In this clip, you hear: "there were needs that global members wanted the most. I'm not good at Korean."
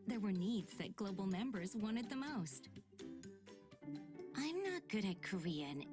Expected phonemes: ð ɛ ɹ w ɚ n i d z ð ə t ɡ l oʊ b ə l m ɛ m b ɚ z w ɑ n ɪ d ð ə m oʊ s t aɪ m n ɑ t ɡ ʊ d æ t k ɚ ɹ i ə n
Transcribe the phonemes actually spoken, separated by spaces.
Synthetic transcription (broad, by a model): ð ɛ ɹ w ɚ n i d z ð ə t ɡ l oʊ b l m ɛ m b ɚ z w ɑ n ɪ d ð ə m oʊ s t aɪ m n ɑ t ɡ ʊ d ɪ t k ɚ ɹ i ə n